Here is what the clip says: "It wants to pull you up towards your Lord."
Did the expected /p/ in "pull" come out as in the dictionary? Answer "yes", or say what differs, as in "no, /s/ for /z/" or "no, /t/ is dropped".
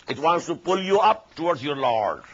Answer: yes